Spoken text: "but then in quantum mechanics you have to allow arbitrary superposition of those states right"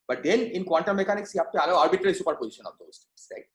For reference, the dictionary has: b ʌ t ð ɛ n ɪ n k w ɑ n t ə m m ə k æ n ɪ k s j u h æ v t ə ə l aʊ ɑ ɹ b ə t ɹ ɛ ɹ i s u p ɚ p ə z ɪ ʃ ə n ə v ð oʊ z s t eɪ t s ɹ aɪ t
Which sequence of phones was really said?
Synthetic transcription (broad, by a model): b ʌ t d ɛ n ɪ n k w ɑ n t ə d m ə k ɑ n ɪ k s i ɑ p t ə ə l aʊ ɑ ɹ b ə t ɹ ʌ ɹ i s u p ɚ p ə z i ʃ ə n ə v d oʊ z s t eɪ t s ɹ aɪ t